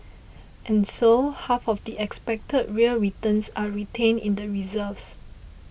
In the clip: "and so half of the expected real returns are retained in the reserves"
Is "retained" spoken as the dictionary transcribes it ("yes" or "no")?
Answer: no